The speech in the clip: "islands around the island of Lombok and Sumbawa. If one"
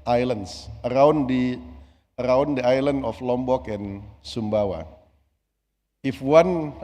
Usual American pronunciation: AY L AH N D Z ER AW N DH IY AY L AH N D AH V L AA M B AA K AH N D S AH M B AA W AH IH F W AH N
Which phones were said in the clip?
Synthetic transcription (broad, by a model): AY L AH N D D ER AW N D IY AY L AH N D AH F L AA M B AA K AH N S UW M B AA W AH IH F W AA N